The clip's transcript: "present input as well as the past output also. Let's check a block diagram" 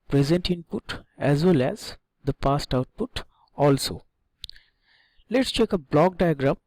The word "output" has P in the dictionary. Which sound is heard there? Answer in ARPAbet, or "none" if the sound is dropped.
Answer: P